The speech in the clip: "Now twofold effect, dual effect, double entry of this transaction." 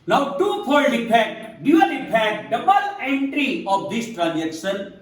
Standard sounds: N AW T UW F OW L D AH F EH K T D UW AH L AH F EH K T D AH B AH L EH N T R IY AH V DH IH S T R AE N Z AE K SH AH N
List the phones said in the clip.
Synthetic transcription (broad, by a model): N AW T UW P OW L AH P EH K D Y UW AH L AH P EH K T D AH B AH L EH N T R IY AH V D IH S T R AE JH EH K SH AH N